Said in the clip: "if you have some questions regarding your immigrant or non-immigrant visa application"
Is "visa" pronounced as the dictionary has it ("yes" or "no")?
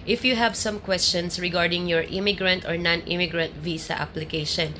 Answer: no